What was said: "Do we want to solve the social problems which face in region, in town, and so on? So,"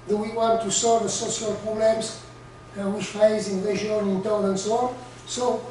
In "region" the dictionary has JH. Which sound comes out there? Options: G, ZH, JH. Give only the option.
ZH